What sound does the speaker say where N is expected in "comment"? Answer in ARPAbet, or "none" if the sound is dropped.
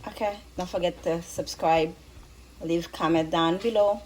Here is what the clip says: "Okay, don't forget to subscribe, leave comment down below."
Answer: none